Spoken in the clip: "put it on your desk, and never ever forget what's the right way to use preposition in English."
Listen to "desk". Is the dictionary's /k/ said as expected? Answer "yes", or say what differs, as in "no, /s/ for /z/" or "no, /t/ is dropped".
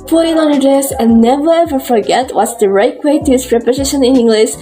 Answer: no, /k/ is dropped